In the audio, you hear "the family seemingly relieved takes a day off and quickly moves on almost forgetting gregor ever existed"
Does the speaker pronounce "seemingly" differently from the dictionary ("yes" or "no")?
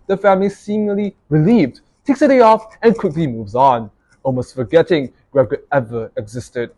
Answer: yes